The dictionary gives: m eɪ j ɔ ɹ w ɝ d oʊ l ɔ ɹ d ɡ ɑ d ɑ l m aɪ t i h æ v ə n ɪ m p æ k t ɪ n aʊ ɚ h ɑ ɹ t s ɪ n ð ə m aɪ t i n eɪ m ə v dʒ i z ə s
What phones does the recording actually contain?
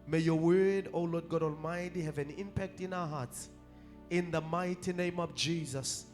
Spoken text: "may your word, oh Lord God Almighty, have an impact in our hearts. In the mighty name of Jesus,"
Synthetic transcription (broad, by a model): m eɪ j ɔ w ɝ d oʊ l ɔ d ɡ ɑ d ɑ l m aɪ t i h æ v ə n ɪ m p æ k t ɪ n aʊ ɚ h ɑ t s ɪ n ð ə m aɪ t i n eɪ m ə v dʒ i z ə s